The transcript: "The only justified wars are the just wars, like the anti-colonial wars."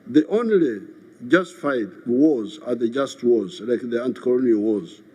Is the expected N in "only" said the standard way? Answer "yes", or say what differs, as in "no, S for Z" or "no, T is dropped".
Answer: yes